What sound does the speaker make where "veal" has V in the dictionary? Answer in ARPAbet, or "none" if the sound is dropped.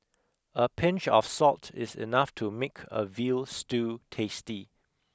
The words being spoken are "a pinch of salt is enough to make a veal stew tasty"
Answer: V